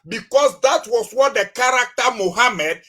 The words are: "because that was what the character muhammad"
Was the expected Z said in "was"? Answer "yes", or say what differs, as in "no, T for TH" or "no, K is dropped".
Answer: no, S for Z